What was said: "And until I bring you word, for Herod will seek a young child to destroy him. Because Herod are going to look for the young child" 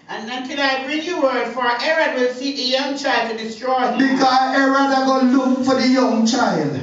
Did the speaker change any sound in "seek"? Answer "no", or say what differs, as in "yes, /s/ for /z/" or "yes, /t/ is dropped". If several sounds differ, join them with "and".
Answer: yes, /k/ is dropped